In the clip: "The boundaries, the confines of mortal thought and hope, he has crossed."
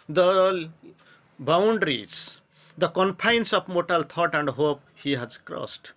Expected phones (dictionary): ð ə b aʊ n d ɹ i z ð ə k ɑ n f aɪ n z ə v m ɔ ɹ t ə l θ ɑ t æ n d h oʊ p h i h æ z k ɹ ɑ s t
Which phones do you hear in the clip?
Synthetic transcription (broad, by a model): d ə b aʊ n d ɹ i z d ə k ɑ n p aɪ n s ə p m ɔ t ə l t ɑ t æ n d h oʊ p h i h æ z k ɹ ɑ s t